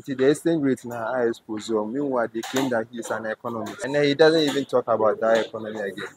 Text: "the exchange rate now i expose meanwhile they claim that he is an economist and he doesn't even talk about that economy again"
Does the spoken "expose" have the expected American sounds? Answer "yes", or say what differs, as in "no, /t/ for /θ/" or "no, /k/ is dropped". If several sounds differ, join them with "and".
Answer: no, /k/ is dropped